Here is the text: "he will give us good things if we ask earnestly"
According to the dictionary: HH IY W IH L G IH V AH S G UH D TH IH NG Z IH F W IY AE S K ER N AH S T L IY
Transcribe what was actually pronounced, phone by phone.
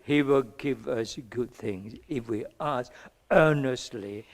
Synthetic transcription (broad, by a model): HH IY W IH L G IH V AH S G UH D TH IH NG Z IH F W IY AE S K ER N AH S T L IY